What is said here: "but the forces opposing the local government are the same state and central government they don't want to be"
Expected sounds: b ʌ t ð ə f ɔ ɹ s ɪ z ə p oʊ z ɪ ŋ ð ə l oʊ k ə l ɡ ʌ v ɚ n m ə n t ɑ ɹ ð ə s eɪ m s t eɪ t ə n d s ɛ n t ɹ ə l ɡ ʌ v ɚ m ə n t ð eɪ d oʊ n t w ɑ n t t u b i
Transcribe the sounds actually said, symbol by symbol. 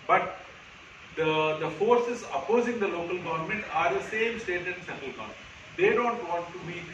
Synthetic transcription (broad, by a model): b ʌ t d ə f ɔ ɹ s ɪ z ə p oʊ z ɪ ŋ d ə l oʊ k ə l ɡ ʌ v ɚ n m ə n t ɑ ɹ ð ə s eɪ m s t eɪ t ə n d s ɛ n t ə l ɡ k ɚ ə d eɪ d oʊ n t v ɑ n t t u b i